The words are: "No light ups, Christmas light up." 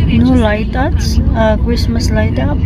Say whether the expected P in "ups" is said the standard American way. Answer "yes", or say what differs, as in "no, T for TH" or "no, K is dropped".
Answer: no, P is dropped